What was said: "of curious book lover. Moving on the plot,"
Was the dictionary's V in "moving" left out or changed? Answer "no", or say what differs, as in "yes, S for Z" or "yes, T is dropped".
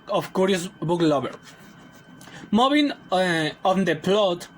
yes, B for V